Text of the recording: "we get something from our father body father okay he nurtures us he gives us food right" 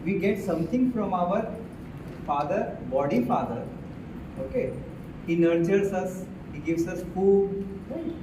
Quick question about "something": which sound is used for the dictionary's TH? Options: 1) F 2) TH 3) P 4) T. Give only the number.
4